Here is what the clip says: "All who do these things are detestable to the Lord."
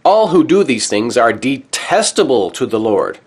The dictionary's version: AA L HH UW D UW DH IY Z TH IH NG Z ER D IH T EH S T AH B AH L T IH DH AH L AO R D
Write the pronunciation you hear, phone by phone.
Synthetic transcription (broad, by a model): AA L HH UW D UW DH IY Z TH IH NG Z ER D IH T EH S T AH B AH L T IH DH AH L AO R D